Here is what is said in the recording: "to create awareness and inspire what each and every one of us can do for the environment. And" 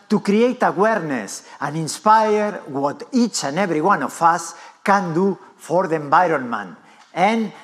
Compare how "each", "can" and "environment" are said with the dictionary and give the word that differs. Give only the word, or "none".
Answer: environment